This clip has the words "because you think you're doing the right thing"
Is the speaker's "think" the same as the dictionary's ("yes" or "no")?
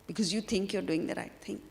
no